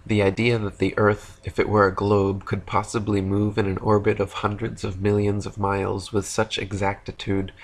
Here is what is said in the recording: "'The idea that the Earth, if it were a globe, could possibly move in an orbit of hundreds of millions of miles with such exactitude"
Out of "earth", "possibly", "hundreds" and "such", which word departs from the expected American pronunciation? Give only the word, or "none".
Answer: none